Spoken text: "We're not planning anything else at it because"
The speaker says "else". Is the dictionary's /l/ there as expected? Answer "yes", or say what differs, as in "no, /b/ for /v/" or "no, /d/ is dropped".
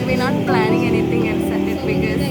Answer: no, /n/ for /l/